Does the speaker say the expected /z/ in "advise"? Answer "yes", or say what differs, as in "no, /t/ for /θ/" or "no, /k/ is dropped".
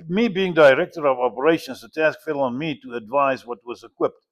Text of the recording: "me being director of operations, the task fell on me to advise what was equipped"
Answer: yes